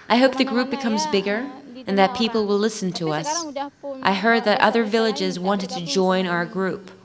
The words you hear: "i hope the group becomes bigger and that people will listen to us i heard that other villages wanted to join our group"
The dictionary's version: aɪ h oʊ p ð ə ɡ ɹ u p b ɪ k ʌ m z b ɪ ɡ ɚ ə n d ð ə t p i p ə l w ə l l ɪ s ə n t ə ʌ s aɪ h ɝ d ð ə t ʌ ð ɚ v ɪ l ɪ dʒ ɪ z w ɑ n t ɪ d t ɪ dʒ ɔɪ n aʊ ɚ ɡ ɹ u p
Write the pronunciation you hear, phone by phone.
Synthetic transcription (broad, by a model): aɪ h oʊ p ð ə ɡ ɹ u p b ɪ k ʌ m z b ɪ ɡ ɚ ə n ð ə t p i p l w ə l l ɪ s n t ə ʌ s aɪ h ɝ d ð ə t ʌ ð ɚ v ɪ l ɪ dʒ ɪ z w ɑ n t ɪ d t ɪ dʒ ɔɪ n aʊ ɚ ɡ ɹ u p